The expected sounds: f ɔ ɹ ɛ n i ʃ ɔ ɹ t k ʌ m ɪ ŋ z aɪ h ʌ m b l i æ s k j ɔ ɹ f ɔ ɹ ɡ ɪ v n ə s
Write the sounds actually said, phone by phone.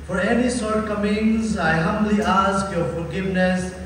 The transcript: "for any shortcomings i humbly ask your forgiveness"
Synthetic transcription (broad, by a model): f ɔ ɹ ɛ n i s ɔ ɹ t k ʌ m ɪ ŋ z aɪ h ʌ m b l i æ s k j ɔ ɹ f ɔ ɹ ɡ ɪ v n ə s